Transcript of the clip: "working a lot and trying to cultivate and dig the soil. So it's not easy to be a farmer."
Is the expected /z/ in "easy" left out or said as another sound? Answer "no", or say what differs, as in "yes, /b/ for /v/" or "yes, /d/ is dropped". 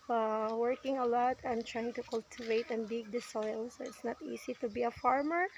yes, /s/ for /z/